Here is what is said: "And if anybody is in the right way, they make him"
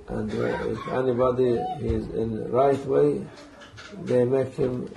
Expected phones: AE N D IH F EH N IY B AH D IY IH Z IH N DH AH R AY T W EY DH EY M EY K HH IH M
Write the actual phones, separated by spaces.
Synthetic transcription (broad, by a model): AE N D IH F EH N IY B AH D IY IH Z IH N R AY T W EY DH EY M EY K HH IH M